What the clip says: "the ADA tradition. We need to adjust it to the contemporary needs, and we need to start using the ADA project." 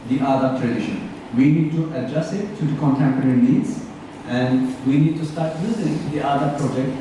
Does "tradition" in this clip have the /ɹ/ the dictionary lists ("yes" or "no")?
yes